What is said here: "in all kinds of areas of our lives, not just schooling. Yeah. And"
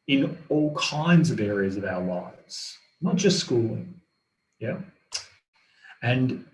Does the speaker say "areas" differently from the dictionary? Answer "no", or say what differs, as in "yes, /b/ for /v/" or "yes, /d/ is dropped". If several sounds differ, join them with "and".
no